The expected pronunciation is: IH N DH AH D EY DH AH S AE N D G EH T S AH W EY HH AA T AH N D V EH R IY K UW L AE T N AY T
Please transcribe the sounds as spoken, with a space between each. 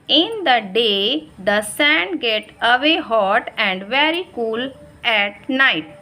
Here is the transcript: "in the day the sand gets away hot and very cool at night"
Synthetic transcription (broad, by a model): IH N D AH D EY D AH S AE N D G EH T AH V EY HH AA T AH N D V EH R IY K UW L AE T N AY T